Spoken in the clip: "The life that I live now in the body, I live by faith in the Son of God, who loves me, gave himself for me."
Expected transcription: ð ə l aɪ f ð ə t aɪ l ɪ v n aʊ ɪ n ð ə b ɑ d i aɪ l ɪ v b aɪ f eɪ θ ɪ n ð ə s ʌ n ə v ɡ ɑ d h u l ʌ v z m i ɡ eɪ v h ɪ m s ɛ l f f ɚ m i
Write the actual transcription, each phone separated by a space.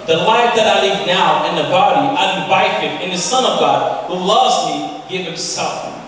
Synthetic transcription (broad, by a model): ð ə l aɪ f ð ə t aɪ l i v n aʊ ɪ n ð ə b ɑ d i aɪ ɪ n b aɪ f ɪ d ɪ n ð ə s ʌ n ə v ɡ ɑ d h u l ʌ v z m i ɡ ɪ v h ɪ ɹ s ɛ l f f